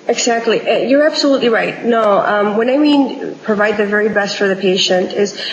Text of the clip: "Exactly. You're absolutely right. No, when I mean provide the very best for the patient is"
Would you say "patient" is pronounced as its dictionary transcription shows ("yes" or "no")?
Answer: yes